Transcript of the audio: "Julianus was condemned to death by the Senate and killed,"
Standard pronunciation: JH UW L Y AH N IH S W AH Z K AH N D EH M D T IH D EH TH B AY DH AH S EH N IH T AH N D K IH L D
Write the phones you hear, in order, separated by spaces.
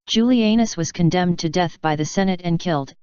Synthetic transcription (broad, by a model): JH UW L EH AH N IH S W AH Z K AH N D EH M T IH D EH TH B AY DH AH S EH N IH T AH N K IH L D